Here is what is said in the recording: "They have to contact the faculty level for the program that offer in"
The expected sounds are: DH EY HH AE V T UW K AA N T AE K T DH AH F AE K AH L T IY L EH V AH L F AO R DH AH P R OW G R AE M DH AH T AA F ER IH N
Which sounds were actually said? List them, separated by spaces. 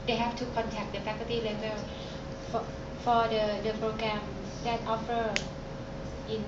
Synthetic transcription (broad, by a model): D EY HH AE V T UW K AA N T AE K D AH P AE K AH T IY L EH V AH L F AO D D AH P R OW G R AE M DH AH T AA F ER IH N